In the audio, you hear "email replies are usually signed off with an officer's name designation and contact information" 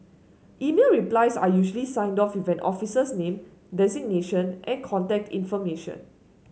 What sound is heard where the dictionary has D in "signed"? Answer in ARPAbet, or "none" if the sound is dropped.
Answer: D